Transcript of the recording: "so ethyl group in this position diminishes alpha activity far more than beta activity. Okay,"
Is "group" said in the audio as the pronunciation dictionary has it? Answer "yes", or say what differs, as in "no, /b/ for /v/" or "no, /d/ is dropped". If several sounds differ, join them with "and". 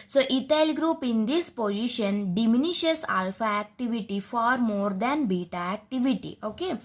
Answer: yes